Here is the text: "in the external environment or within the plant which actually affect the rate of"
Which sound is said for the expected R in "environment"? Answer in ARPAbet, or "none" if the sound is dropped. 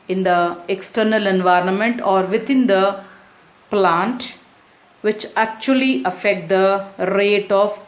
R